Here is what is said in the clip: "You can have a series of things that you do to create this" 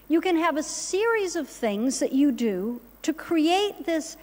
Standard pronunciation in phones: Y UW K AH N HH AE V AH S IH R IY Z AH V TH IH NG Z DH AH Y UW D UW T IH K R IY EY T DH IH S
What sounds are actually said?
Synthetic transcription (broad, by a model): Y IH K AH N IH V AH S IH R IY Z AH V TH IH NG Z DH AH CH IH D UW T IH K R IY EY T DH IH S